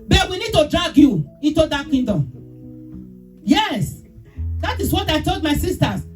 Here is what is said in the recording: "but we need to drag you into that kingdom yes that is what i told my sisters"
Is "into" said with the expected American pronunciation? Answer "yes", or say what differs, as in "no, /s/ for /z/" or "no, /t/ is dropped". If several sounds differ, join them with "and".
yes